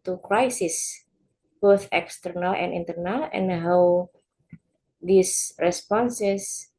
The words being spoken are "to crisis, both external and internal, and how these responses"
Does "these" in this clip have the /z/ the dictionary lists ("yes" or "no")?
no